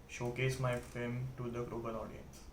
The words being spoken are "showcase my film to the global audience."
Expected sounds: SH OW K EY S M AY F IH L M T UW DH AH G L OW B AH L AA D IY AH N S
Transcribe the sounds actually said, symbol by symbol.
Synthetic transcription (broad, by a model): SH OW K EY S M AY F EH M T UW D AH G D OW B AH N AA D IY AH N S